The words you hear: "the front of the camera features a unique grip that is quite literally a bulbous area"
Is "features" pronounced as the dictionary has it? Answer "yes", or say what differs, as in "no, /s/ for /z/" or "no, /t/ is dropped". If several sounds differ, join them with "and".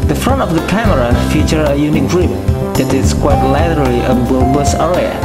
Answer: no, /z/ is dropped